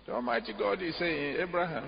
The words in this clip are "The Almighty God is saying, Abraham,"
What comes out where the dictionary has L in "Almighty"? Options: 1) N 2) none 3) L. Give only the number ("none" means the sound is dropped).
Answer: 2